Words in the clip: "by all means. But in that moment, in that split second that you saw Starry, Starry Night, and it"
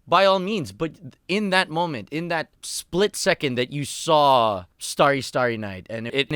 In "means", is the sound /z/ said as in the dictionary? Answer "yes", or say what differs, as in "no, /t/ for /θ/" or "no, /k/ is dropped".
yes